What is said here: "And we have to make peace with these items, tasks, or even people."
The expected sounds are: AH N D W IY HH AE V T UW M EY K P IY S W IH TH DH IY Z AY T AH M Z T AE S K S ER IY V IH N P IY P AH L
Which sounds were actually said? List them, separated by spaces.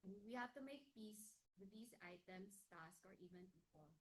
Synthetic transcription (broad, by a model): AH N W IY HH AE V T UW M EY K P IY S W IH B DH IY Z AY T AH M S T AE S K ER IY V IH N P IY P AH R